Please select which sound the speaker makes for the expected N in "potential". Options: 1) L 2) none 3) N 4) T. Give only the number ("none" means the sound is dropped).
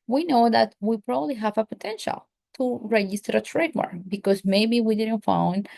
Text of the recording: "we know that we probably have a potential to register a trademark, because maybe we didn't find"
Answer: 3